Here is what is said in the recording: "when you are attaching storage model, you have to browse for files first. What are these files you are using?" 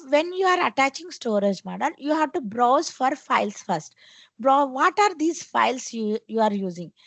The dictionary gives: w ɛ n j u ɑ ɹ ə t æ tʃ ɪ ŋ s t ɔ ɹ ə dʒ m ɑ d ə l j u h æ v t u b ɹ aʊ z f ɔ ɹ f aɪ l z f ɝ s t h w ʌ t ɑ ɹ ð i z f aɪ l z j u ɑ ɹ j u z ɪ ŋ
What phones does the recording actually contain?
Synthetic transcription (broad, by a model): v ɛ n j u ɑ ɹ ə t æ tʃ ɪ ŋ s t ɔ ɹ ə dʒ m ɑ d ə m j u h æ v t u b ɹ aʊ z f ɔ ɹ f aɪ l s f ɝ s t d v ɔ t ɑ ɹ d i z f aɪ l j j u ɑ ɹ j u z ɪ ŋ